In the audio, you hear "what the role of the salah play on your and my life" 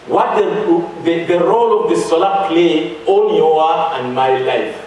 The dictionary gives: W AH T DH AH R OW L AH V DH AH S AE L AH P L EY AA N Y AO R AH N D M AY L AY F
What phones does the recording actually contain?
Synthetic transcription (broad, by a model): W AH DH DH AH R OW L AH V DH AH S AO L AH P L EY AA L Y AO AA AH N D M AY L AY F